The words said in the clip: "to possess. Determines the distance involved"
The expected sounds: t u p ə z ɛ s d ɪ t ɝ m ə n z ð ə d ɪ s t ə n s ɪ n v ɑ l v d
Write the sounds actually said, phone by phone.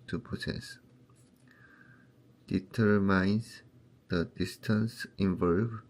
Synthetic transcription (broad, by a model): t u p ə s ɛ s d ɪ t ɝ m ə n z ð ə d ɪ s t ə n s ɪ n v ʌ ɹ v